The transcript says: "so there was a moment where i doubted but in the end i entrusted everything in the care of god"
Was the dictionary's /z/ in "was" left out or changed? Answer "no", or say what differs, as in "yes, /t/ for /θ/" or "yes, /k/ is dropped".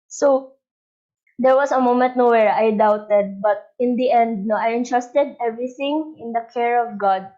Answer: yes, /s/ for /z/